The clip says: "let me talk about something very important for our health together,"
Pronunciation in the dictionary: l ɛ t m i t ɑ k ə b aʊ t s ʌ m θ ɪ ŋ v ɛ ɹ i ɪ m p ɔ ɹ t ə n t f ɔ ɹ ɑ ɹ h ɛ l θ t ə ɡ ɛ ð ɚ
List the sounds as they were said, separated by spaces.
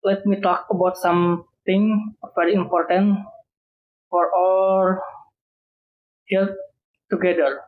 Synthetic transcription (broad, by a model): l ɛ t m i t ɑ k ə b aʊ t s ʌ m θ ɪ ŋ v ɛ ɹ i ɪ m p ɔ ɹ t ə n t f ɔ ɹ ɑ l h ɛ l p t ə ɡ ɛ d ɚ